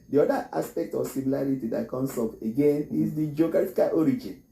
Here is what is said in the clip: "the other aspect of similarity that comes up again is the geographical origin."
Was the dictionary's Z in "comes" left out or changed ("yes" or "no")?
yes